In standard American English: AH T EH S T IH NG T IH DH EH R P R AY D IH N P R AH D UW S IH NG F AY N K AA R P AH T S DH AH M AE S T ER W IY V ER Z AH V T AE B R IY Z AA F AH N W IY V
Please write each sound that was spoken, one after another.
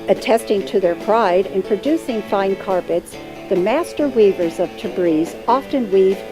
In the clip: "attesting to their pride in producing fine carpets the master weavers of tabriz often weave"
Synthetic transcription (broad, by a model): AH T EH S T IH NG T IH DH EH R P R AY D IH N P R AH D UW S IH NG F AY N K AA R P AH T S DH AH M AE S T ER W IY V ER Z AH V T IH B R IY Z AA F AH N W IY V